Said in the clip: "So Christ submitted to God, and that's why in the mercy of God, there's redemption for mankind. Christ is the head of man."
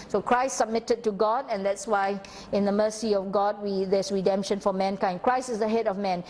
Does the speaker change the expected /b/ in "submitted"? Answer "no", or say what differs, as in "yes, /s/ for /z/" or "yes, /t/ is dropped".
no